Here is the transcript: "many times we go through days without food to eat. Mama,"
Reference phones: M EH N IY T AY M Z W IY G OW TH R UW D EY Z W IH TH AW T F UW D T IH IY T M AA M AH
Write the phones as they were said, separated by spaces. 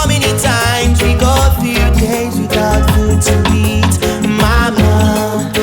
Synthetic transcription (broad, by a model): M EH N IY T AY M Z W IY G OW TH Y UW D EY Z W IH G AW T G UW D T IH IY T M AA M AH